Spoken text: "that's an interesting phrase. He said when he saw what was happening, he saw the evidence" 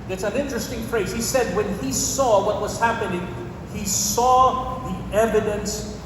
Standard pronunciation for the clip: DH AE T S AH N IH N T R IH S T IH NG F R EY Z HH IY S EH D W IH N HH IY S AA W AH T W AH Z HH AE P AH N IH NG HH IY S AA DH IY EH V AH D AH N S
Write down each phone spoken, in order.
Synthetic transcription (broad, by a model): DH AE T S AH N IH N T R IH S T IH NG F R EY Z HH IY S EH D W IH N IY S AA W AH T W AH Z HH AE P AH N IH NG HH IY S AA DH IY EH V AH D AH N S